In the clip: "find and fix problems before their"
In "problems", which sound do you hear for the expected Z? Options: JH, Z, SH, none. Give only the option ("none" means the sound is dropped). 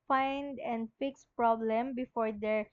none